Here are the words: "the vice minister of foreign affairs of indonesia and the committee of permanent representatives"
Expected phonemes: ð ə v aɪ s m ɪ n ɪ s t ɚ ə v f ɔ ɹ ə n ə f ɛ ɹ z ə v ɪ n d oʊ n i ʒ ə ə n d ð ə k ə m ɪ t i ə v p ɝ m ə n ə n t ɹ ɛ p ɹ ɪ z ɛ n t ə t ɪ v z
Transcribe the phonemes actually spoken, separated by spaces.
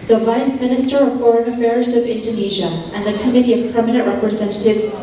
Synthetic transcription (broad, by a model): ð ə v aɪ s m ɪ n ɪ s t ɚ ə v f ɔ ɹ ə n ə f ɛ ɹ z ə v ɪ n d oʊ n i ʒ ə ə n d ð ə k ə m ɪ t i ə v p ɝ m ə n ə n t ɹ ɛ p ɹ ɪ z ɛ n t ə t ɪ v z